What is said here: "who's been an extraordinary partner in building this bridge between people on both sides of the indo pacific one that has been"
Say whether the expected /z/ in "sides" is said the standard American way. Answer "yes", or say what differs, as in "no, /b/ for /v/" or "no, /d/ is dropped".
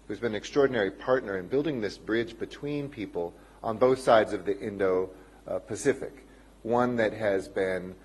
yes